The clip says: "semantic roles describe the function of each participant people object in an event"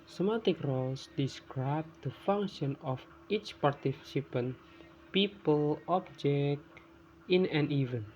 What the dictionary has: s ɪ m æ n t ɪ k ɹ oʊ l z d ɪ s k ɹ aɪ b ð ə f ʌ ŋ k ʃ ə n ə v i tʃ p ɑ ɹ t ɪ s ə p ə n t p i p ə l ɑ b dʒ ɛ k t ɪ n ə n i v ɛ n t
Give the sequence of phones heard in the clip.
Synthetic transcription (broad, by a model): s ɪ m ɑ t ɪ k ɹ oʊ l s d ɪ s k ɹ aɪ b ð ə f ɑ ŋ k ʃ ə n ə f i tʃ p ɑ ɹ t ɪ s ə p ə n p i p ə l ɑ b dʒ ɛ k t ɪ n ə n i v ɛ n